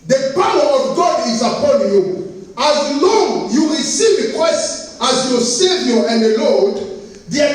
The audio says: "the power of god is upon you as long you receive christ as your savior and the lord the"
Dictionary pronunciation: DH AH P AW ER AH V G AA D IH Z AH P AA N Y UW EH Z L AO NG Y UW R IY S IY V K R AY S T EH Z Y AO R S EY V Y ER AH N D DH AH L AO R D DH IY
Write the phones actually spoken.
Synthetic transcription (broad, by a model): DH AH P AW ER AH V G AA D IH Z AH P AA N Y UW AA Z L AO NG Y UW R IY S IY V K W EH S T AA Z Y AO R S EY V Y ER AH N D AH L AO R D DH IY